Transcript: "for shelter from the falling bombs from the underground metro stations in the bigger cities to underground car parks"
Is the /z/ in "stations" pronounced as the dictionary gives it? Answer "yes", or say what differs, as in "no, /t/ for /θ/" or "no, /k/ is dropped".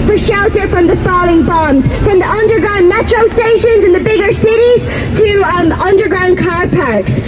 yes